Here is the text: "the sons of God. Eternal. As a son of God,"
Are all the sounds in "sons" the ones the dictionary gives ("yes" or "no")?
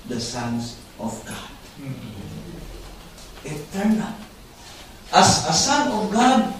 no